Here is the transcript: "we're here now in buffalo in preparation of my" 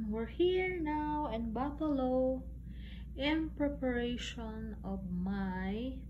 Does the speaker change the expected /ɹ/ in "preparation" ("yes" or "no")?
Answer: no